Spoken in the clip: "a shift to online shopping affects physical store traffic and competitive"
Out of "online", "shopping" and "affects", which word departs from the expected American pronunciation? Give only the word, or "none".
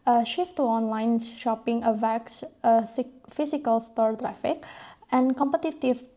affects